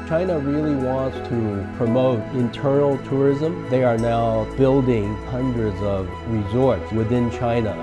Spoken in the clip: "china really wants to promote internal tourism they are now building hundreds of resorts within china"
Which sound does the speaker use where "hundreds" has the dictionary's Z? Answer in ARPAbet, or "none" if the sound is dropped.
Z